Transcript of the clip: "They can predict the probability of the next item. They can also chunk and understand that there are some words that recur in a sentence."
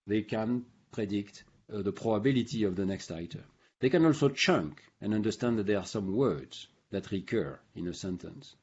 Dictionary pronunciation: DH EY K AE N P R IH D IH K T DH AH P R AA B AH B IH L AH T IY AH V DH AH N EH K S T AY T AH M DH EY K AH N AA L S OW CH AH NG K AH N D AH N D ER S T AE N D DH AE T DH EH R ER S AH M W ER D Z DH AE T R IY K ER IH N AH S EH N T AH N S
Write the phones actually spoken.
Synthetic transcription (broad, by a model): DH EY K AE N P R IH D IH K T DH AH P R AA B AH B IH L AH T IY AH V DH AH N EH K S T AY T AH M DH EY K AH N AA L S OW CH AH NG K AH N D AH N D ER S T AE N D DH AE T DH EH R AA S AH M W ER D Z DH AE T R IY K ER IH N AH S EH N T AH N S